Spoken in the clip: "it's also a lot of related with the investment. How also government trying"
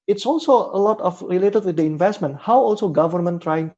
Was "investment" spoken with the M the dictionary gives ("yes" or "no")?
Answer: yes